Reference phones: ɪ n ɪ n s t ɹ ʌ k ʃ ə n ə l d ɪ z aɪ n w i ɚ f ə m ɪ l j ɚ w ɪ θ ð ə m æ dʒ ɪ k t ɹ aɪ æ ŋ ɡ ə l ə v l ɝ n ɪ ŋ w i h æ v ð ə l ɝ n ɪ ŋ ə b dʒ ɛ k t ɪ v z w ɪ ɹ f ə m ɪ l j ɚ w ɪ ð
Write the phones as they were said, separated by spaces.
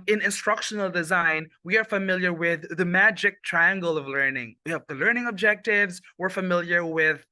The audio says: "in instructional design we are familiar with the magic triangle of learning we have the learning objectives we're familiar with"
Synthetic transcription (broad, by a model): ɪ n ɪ n s t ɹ ʌ k ʃ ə n l d ɪ z aɪ n w i ɚ f ə m ɪ l j ɚ w ɪ ð ə m æ dʒ ɪ k t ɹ aɪ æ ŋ ɡ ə l ə v l ɝ n ɪ ŋ w i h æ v ð ə l ɝ n ɪ ŋ ə b dʒ ɛ k t ɪ v z w ɪ ɹ f ə m ɪ l j ɚ w ɪ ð